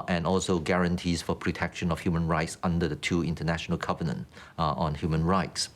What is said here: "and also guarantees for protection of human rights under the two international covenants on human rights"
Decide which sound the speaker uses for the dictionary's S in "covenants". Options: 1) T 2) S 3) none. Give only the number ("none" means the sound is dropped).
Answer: 3